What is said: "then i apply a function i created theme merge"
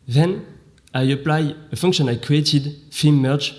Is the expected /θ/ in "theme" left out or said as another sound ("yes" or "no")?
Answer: yes